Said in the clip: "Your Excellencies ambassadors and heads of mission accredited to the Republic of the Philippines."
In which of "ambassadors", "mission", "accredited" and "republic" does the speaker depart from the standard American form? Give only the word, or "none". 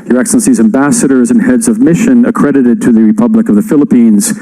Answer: none